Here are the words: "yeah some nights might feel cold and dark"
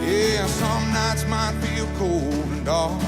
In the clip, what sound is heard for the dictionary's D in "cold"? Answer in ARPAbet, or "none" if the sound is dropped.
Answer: none